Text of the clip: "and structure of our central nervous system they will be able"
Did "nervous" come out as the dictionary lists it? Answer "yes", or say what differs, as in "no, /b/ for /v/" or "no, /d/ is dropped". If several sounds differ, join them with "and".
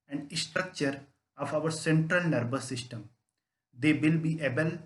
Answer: no, /b/ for /v/